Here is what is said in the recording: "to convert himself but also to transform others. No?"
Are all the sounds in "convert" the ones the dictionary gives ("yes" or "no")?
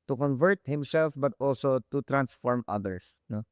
yes